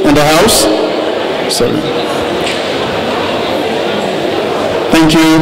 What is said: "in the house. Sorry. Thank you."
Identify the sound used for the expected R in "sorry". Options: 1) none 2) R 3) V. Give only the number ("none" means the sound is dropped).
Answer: 1